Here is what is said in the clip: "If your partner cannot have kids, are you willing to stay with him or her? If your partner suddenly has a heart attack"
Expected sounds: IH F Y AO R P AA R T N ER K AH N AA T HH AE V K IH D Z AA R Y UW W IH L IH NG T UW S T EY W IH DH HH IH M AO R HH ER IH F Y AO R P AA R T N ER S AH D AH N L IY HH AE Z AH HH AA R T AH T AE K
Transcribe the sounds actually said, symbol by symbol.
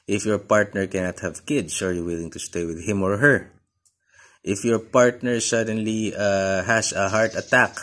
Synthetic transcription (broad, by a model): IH F Y AO R P AA R T N ER K AH N AA T HH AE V K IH D S AA R Y UW W IH L IH NG T UW S T EY W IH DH HH IH M AO R HH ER IH F Y AO R P AA R T N ER S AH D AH N L IY HH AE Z AH HH AA R T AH T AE K